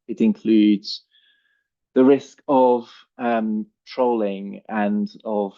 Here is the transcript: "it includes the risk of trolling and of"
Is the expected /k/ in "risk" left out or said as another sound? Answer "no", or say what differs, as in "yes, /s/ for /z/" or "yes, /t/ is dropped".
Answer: no